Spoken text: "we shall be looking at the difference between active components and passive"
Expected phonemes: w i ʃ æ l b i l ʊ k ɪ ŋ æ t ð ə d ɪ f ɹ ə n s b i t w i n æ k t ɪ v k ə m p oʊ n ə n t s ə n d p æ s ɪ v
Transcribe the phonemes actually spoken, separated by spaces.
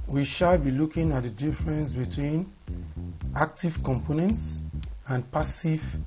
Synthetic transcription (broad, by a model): w i ʃ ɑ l b i l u k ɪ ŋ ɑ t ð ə d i f ɹ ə n s b i t w i n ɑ k t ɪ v k ə m p oʊ n ə n t s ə n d p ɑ s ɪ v